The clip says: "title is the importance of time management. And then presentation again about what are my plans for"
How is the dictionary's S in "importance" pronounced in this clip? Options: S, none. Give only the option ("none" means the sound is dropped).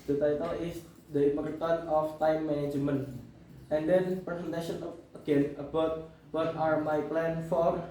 none